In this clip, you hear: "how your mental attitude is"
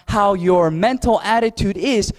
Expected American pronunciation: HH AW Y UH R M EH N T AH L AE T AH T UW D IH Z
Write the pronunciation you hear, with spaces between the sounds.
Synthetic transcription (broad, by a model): HH AW Y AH R M EH N T L AE T AH T UW D IH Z